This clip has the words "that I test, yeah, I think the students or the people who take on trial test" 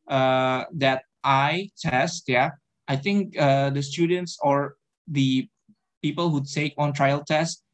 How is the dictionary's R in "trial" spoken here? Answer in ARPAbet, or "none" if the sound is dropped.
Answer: R